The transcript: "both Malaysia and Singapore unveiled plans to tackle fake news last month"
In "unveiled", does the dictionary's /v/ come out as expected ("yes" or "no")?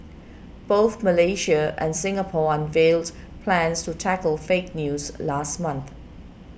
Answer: yes